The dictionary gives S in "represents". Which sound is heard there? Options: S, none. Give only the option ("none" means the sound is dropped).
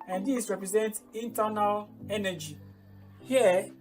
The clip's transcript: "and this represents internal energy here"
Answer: none